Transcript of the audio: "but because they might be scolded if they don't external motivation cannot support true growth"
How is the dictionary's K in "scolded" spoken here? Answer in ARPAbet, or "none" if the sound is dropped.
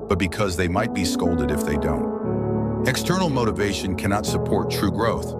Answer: K